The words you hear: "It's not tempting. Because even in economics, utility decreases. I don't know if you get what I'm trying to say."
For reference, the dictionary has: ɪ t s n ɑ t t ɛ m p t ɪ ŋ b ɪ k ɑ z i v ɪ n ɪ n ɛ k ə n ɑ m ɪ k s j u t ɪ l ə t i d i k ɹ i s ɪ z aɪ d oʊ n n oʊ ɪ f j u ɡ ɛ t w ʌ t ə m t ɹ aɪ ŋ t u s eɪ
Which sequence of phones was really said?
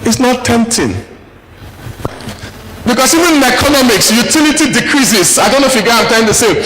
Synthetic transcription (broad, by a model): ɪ t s n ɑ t t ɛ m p t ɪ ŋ b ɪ k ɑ s i v ɪ n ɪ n ɛ k ə n ɑ m ɪ k s j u t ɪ l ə t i d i k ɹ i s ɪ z aɪ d oʊ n n oʊ ɪ f j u ɡ ɛ t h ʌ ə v t aɪ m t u s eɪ